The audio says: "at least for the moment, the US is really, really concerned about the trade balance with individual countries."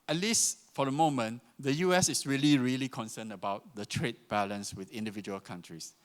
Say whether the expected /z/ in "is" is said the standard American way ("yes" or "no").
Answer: no